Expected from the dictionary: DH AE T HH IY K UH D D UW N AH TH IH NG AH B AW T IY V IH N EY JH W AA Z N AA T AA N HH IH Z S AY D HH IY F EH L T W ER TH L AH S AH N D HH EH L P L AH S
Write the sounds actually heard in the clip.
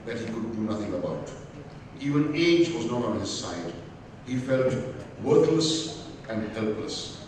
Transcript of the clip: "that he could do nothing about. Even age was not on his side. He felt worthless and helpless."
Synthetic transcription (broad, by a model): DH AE T HH IY K UH D D UW N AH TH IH NG AH B AW T IY V IH N EY JH W AA Z N AA T AA N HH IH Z S AY D HH IY F EH L T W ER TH L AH S AH N D HH EH L P L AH S